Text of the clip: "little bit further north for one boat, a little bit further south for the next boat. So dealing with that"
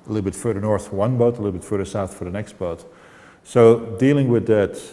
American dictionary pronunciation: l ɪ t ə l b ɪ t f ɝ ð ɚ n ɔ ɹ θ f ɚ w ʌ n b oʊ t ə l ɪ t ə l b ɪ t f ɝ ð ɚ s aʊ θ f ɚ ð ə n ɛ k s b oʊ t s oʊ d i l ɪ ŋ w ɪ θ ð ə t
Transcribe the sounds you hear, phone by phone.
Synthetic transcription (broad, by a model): l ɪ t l b ɪ t f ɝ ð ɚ n ɔ ɹ θ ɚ w ʌ n b oʊ t ə l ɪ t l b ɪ t f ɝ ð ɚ s aʊ θ f ɚ ð ə n ɛ k s b oʊ t s oʊ d i l ɪ ŋ w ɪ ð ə t